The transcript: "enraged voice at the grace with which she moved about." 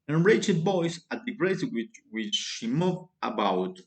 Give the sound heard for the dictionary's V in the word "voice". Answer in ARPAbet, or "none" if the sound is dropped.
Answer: B